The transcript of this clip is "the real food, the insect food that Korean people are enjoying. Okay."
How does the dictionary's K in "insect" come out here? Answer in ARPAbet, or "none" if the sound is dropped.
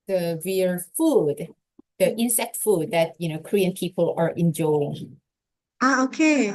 K